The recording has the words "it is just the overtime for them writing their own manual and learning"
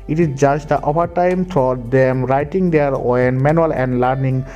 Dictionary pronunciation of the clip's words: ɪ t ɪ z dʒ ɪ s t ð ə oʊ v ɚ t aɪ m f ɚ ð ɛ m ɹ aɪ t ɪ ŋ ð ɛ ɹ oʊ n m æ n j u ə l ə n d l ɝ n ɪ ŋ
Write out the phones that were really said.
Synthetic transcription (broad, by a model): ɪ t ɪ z dʒ ɪ s t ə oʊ p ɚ t aɪ m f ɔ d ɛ m ɹ aɪ t ɪ ŋ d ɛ ɹ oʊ n m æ n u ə l ə n d l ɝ n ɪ ŋ